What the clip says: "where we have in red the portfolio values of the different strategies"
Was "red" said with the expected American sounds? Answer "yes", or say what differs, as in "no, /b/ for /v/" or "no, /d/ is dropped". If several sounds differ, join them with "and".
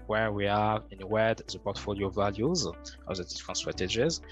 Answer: no, /w/ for /ɹ/